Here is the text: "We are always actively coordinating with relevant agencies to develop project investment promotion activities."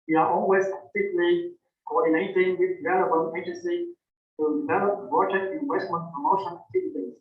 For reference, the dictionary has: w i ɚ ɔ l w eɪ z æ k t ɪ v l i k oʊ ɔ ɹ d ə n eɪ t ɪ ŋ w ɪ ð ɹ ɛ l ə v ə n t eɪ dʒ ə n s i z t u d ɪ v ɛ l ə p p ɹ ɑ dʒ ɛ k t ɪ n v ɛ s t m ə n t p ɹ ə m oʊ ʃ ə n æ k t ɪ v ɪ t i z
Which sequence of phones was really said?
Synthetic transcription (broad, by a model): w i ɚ ɔ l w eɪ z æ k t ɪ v l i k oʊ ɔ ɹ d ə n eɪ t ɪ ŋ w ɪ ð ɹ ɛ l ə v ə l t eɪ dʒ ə n s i t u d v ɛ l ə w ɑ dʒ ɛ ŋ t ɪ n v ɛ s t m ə n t p ɹ ə m oʊ ʃ ə n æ k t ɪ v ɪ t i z